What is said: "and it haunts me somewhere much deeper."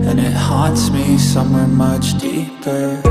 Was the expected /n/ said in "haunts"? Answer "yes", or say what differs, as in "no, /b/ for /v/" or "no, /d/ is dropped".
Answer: no, /n/ is dropped